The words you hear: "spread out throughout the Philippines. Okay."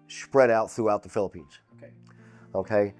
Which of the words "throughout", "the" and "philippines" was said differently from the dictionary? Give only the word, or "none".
none